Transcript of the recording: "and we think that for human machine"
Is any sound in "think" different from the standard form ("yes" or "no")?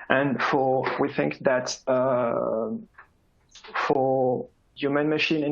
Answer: no